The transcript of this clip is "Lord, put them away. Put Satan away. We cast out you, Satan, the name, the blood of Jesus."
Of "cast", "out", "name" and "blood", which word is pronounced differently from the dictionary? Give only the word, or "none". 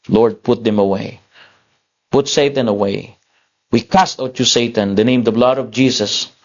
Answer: none